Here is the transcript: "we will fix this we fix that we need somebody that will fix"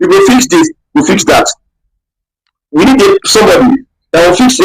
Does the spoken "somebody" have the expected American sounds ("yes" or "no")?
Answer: yes